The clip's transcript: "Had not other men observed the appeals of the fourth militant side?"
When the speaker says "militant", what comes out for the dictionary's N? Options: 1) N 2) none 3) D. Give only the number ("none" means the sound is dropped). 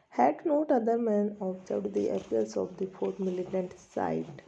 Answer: 1